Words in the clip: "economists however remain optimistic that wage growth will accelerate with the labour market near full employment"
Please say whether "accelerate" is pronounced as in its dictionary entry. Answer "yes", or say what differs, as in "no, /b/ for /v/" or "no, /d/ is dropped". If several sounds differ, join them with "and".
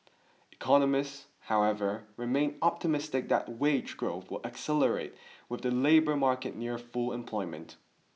yes